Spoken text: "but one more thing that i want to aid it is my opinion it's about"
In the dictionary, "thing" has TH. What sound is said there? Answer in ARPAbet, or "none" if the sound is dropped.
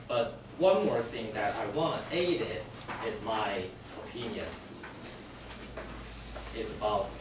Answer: TH